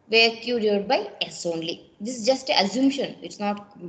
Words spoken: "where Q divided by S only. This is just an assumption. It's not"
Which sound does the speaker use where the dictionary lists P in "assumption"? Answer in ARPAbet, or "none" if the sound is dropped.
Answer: none